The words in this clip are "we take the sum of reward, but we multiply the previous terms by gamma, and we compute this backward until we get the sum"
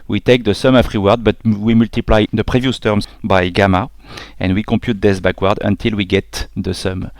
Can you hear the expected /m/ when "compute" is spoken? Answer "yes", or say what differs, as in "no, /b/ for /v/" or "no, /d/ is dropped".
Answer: no, /m/ is dropped